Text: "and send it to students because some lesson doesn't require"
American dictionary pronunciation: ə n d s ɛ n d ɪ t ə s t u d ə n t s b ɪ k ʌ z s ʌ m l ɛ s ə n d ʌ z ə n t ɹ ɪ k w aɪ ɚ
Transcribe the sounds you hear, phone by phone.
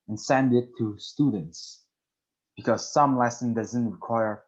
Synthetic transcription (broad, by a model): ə n s ɛ n d ɪ t ə s t u d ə n t s b ɪ k ʌ z s ʌ m l ɛ s ə n d ʌ z ə n t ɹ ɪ k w aɪ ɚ